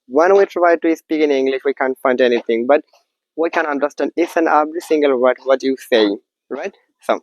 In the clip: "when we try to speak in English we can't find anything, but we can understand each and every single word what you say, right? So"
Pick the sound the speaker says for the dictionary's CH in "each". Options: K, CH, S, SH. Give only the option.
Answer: S